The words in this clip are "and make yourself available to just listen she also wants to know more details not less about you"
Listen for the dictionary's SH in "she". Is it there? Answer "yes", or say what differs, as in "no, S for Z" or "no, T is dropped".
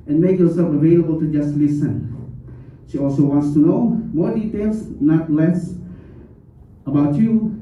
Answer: yes